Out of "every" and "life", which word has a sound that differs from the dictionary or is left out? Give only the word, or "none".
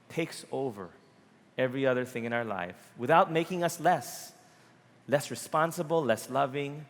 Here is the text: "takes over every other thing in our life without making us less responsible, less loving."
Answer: none